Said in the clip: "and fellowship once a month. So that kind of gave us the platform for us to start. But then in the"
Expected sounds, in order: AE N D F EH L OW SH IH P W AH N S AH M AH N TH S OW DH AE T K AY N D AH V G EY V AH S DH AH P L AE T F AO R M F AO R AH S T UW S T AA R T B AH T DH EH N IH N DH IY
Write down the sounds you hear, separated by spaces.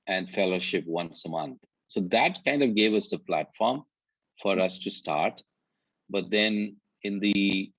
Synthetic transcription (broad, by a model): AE N D F EH L OW SH IH P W AH N S AH M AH N T S OW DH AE T K AY N D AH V G EY V AH S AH P L AE T F AO R M F AO R AH S T UW S T AA R T B AH T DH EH N IH N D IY